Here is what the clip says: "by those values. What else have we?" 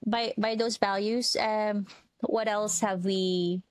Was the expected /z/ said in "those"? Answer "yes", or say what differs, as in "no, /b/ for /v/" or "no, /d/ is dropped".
yes